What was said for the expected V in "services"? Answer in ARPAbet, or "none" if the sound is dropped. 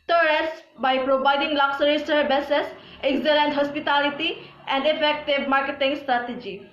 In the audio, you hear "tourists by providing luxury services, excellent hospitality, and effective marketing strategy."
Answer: B